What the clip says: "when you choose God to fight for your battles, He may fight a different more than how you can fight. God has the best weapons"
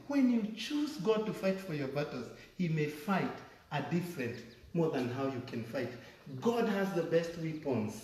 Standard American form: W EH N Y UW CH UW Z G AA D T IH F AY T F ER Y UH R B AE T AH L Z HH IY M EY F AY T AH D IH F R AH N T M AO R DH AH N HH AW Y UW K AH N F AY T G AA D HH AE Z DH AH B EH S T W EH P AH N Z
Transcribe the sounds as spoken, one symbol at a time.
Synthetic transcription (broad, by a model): W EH N Y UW CH UW Z G AA D T IH F AY T F ER Y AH R B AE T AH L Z HH IY M EY F AY T AH D IH F R AH N T M AO R DH AH N HH AW Y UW K AH N F AY T G AA D HH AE Z DH AH B EH S T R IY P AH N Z